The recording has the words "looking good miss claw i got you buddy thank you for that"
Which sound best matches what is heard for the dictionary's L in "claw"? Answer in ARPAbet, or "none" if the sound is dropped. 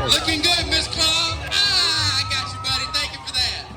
N